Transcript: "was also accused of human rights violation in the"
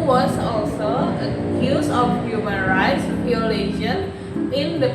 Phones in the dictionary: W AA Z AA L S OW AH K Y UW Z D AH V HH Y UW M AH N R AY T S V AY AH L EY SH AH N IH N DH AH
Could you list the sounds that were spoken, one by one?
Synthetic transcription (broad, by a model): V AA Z AA L S OW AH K Y UW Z AH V HH Y UW M AH N R AY T S P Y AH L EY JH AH N IH N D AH